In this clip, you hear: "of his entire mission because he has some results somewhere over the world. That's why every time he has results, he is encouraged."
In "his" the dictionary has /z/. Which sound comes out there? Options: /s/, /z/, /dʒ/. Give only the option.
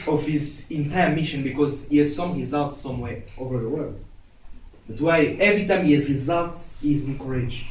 /z/